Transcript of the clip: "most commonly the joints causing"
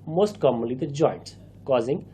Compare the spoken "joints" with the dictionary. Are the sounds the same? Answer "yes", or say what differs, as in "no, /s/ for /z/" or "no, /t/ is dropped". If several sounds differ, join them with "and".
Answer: no, /s/ is dropped